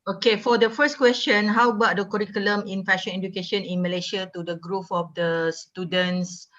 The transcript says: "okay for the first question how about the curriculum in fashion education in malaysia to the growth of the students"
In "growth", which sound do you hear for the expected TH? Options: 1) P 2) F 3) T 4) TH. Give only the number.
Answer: 2